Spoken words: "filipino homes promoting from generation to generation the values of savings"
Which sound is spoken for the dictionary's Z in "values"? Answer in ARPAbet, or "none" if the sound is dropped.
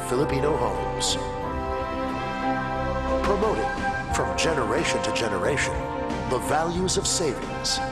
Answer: Z